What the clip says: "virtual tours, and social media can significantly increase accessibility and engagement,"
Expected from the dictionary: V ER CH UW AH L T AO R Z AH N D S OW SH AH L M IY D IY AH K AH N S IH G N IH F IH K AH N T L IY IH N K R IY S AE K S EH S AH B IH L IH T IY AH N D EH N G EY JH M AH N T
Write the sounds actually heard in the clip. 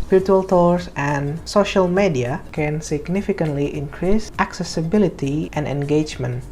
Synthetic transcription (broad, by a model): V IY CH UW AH L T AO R S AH N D S OW SH AH L M IY D IY AH K AH N S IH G N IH F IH K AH N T L IY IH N K R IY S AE K S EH S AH B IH L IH T IY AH N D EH N G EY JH M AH N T